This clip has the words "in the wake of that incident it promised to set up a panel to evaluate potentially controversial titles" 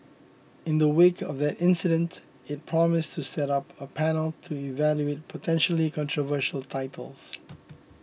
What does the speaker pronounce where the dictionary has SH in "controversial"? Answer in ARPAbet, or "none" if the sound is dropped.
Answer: SH